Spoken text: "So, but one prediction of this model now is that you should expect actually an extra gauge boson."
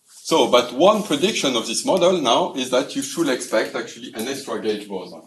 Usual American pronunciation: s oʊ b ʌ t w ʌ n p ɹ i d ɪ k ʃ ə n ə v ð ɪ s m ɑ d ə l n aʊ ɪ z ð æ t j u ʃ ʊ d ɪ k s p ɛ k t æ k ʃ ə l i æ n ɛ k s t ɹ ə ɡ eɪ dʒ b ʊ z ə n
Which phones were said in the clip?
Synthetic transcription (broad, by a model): s oʊ b ʌ t w ʌ n p ɹ i d ɪ k ʃ ə n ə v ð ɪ s m ɑ d ə l n aʊ ɪ z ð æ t j u ʃ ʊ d ɪ k s p ɛ k t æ k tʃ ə l i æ n ɛ k s t ɹ ə ɡ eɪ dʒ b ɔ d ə